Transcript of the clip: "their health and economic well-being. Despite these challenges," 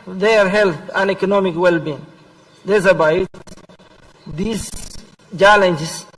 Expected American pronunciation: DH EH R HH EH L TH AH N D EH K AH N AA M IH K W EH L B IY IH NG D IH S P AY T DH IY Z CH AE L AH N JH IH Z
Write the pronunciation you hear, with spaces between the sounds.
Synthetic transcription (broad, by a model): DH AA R HH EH L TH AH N EH K AH N AA M IH K W EH L B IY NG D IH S B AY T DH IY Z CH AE L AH N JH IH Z